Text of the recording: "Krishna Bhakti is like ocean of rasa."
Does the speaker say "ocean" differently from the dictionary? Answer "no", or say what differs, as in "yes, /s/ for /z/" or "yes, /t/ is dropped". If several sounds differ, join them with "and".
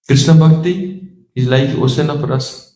yes, /s/ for /ʃ/